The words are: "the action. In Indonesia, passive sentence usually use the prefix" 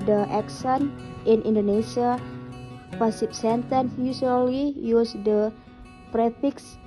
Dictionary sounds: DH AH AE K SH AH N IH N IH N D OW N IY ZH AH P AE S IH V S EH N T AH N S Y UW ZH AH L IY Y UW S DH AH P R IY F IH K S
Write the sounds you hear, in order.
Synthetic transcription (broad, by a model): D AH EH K S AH N IH N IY N D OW N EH SH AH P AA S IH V S EH N T AH N S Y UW S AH L IY Y UW S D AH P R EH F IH K S